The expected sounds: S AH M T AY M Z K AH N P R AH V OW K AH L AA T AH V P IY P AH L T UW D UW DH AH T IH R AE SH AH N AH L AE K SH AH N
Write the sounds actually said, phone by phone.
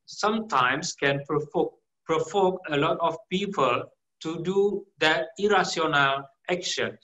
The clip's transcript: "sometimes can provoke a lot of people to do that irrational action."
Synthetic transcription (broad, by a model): S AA M T AY M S K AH N P R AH F OW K AH L AA T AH F P IY P AH L T UW D UW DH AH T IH R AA S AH N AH L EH K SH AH N